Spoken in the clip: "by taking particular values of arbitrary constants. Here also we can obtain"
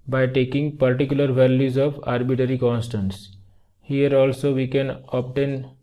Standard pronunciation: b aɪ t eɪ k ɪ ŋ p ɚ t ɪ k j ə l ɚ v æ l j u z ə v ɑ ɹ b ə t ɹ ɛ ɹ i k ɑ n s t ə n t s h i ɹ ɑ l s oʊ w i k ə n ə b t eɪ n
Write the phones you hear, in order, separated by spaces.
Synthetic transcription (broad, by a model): b aɪ t eɪ k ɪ ŋ p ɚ t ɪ k j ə l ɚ v æ l j u z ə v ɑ ɹ b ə t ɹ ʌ ɹ i k ɑ n s t ə n t s h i ɹ ɑ l s oʊ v i k ə n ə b t eɪ n